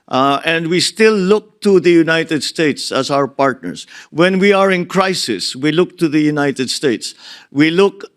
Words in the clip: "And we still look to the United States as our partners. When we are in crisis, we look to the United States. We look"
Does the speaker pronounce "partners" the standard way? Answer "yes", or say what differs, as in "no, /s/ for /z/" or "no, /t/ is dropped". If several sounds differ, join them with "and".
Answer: no, /s/ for /z/